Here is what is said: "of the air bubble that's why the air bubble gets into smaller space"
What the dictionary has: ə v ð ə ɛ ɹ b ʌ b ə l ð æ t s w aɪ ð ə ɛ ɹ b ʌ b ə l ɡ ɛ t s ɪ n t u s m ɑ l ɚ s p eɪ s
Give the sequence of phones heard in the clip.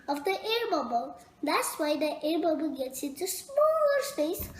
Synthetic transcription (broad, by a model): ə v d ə ɛ ɹ b ʌ b ə l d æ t s w aɪ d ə ɛ ɹ b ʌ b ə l ɡ ɛ t s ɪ t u s m ɑ l ɚ s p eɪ s